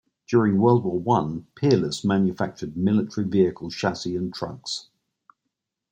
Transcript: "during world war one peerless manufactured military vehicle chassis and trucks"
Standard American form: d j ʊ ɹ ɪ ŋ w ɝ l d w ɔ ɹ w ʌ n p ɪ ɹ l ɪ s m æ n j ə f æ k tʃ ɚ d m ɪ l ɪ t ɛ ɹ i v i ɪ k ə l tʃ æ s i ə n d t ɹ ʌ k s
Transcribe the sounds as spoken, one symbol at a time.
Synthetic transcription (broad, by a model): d j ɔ ɹ ɪ ŋ w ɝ l d w ɔ w ʌ n p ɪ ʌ l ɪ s m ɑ n j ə f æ k tʃ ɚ d m ɪ l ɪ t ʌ ɹ i v i ɪ k ə l ʃ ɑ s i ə n t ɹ ʌ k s